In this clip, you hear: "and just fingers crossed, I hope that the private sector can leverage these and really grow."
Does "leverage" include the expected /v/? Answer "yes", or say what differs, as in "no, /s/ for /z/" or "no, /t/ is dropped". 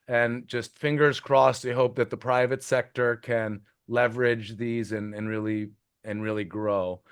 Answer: yes